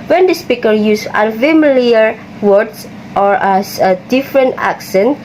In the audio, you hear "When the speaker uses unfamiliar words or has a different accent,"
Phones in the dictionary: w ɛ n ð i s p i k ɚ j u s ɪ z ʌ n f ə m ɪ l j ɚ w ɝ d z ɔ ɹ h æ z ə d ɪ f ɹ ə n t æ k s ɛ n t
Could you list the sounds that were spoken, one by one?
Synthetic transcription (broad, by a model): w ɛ n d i s p i k ɚ j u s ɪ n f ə m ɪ l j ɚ w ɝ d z ɔ ɹ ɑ s ə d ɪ f ɹ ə n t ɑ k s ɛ n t